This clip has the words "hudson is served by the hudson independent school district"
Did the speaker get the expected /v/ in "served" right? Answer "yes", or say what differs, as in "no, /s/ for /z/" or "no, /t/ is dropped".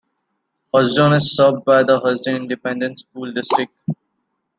no, /b/ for /v/